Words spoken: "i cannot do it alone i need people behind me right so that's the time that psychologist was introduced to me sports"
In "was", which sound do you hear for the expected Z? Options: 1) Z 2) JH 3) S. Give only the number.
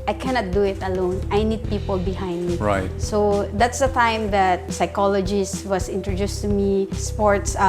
3